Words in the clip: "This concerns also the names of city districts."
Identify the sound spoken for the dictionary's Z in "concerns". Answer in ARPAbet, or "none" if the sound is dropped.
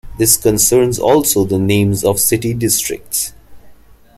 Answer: Z